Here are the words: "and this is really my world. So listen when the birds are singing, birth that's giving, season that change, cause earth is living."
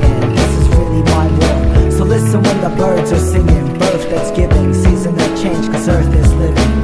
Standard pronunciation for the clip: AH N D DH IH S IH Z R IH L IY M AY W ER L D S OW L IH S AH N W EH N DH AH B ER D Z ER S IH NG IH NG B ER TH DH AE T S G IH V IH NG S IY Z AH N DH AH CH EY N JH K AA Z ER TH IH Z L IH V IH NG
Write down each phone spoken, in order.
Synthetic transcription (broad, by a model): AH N DH IH S IH Z R IH L IY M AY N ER S OW L IH S AH N W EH N DH AH B ER D Z ER S IH NG IH NG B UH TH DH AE T S G IH V IH NG S IY Z AH N DH AH CH EY N JH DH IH S ER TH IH S L IH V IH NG